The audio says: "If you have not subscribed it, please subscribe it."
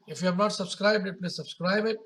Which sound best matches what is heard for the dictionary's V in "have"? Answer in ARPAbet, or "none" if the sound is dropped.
P